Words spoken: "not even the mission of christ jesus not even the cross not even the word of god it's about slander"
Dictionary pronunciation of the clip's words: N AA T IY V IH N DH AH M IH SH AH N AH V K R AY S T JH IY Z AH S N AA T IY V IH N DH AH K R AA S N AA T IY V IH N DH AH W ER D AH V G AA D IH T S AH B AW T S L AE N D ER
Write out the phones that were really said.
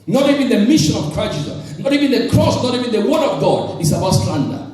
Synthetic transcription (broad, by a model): N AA T IY V IH N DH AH M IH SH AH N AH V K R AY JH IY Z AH N AA T IY V IH N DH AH K R AA S N AA T IY V IH N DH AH W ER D AH V G AA D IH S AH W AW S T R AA N D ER